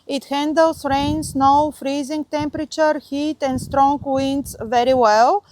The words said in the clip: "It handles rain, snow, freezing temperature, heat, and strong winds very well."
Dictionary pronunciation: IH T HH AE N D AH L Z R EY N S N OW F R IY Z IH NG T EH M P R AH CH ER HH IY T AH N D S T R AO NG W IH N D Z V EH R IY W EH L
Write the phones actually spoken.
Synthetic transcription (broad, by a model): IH T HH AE N D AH L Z R EY N S N OW F R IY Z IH NG T EH M P R AH CH ER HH IY T AH N D S T R AO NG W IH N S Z V EH R IY W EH L